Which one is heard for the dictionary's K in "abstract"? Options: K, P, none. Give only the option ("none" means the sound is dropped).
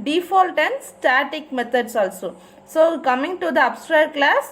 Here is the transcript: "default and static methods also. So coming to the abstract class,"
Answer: none